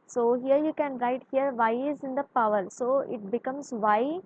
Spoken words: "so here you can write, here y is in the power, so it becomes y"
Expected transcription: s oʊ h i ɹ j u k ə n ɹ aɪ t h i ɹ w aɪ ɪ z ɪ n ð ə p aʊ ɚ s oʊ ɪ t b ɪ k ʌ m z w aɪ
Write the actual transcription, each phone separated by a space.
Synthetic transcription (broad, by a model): s oʊ h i ɹ j u k ə n ɹ aɪ t h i ɹ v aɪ ɪ z ɪ n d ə p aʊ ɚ s oʊ ɪ t b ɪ k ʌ m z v aɪ